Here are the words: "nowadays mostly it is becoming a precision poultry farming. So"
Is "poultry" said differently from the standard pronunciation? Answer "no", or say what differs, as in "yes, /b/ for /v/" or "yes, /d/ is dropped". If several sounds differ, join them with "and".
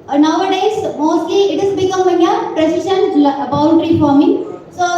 yes, /n/ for /l/